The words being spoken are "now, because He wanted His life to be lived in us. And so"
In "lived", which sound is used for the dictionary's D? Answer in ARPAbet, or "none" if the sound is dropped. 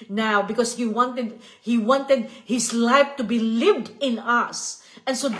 D